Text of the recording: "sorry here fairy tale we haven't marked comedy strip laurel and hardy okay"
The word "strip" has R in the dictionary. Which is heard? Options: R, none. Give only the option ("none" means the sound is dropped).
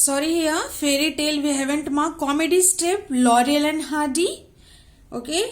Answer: none